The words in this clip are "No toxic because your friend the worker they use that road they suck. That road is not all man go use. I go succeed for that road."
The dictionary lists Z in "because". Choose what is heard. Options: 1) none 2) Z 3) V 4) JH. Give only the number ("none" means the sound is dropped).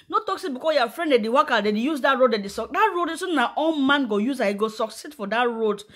1